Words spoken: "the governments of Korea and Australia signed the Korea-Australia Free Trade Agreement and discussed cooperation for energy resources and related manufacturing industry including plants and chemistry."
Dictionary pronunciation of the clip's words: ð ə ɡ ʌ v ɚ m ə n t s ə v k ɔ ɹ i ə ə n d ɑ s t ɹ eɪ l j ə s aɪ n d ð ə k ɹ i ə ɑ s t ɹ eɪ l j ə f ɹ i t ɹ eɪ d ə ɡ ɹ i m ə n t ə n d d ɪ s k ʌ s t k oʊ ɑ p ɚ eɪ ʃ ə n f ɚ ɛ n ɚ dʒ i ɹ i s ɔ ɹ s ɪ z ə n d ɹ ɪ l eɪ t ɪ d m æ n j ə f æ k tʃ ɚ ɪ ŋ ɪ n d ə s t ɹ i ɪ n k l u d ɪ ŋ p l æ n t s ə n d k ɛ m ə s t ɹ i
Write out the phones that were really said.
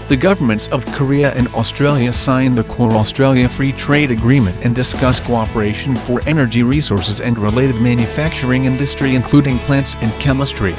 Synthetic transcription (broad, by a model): ð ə ɡ ʌ v ɚ m ə n t s ə v k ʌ ɹ i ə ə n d ɑ s t ɹ eɪ l j ə s aɪ n ð ə k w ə ɑ s t ɹ eɪ l j ə f ɹ i t ɹ eɪ d ə ɡ ɹ i m ə n t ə n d d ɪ s k ʌ s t k oʊ ɑ p ɚ eɪ ʃ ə n f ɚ ɛ n ɚ dʒ i ɹ i s ɔ ɹ s ɪ z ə n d ɹ ɪ l eɪ t ɪ d m æ n j ə f æ k tʃ ɚ ɪ ŋ ɪ n d ə s t ɹ i ɪ n k l u d ɪ ŋ p l æ n t s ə n k ɛ m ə s t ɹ i